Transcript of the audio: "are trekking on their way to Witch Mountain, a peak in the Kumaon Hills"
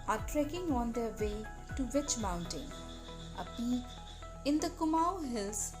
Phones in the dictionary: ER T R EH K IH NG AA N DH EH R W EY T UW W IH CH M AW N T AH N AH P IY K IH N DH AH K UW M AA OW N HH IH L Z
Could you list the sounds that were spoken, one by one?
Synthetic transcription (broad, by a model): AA T R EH K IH NG AA N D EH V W EY T UW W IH CH M AW N T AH N AH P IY IH N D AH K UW M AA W HH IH L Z